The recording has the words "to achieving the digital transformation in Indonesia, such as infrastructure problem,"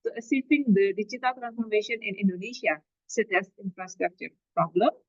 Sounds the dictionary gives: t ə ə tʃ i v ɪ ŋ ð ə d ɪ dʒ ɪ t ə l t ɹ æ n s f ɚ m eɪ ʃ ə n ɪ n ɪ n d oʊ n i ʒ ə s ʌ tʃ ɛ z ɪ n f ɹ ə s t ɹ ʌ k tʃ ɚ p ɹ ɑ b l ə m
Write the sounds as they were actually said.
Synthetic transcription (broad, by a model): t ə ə s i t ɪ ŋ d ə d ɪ tʃ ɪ t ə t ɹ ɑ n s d m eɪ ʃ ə n ɪ n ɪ n d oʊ n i ʃ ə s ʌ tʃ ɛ s ɪ n f ɹ ə s t ɹ ʌ k tʃ ɚ p ɹ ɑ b l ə m